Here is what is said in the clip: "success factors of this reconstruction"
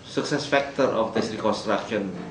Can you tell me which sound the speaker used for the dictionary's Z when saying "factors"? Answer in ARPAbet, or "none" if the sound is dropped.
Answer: none